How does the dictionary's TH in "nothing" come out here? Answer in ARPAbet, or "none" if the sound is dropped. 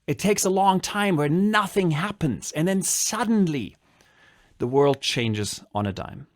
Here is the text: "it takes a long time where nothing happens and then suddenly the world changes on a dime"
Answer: TH